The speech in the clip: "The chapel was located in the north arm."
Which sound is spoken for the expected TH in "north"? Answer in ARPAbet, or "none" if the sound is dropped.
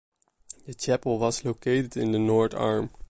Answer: T